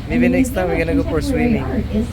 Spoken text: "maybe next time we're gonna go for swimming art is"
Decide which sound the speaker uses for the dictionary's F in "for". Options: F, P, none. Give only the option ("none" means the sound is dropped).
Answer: P